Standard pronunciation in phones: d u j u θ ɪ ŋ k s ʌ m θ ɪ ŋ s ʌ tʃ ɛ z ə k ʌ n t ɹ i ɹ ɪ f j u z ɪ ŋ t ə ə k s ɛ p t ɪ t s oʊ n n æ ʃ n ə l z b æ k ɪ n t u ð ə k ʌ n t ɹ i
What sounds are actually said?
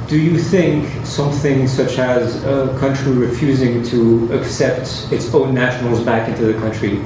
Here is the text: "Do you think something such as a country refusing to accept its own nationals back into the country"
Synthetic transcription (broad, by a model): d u j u θ ɪ ŋ k s ʌ m θ ɪ ŋ s ʌ tʃ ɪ z ə k ʌ n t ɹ i ɹ ɪ f j u z ɪ ŋ t ə ə k s ɛ p t ɪ t s oʊ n n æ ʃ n l z b æ k ɪ n t u ð ə k ʌ n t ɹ i